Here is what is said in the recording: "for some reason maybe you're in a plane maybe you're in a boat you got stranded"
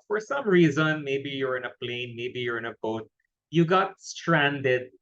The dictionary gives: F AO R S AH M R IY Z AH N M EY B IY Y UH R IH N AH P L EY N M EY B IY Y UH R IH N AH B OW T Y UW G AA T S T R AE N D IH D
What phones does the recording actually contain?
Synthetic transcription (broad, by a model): F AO R S AH M R IY Z AH N M EY B IY Y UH R IH N AH P L EY N M EY B IY Y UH R IH N AH B OW T Y UW G AA T S T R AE N D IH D